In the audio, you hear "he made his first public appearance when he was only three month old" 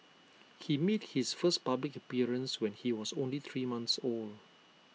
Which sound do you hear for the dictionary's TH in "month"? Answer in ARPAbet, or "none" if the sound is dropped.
S